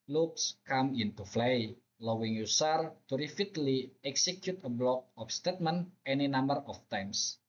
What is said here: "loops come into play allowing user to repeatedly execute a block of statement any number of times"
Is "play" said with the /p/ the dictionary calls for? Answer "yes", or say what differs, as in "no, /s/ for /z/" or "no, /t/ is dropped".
no, /f/ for /p/